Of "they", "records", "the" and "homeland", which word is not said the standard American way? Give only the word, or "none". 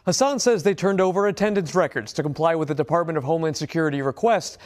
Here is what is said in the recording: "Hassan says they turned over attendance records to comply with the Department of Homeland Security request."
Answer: homeland